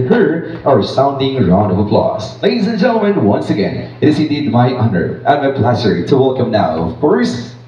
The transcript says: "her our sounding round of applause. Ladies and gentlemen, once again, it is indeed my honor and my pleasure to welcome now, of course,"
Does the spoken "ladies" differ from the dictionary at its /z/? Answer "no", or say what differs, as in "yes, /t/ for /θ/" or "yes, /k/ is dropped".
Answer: no